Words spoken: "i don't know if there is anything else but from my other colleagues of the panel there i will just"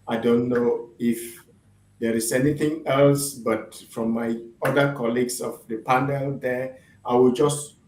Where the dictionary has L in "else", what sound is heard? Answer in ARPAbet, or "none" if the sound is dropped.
L